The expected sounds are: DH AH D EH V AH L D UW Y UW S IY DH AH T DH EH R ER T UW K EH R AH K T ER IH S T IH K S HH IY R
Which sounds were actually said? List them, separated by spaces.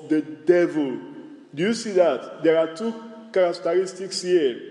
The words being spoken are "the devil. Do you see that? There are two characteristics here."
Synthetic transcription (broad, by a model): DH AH D EH V AH L D UW Y UW S IY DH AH T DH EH R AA T UW K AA R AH K T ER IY S T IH K S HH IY